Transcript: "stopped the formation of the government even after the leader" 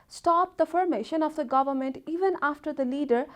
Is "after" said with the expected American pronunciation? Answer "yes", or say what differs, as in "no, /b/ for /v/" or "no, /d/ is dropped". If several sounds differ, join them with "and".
yes